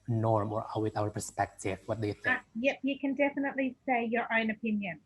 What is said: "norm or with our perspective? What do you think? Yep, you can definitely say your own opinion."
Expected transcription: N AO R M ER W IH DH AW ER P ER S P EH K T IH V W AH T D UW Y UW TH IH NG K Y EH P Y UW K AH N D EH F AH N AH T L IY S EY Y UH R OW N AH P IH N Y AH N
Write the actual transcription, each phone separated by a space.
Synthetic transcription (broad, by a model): N AO R M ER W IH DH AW ER P ER S P EH K T IH V W AH T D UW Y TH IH K Y EH P Y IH K AH N D EH F AH N AH T L IY S EY Y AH R OW N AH P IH N Y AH N